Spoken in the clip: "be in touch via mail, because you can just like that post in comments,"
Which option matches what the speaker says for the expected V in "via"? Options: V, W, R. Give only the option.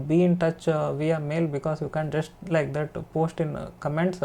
V